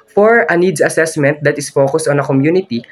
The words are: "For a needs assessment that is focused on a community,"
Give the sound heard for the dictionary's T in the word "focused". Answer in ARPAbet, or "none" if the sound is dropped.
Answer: none